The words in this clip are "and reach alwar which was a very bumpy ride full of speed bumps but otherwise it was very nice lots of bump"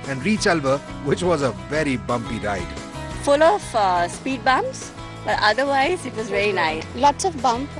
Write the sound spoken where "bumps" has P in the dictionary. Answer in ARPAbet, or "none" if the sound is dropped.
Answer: none